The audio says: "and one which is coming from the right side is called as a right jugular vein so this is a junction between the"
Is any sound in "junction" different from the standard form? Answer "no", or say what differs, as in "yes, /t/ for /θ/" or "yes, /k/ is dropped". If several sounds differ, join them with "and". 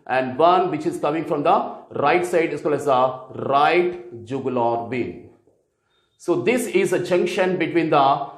no